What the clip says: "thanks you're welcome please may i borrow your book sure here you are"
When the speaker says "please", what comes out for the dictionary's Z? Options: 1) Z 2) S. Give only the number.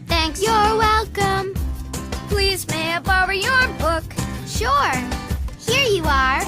1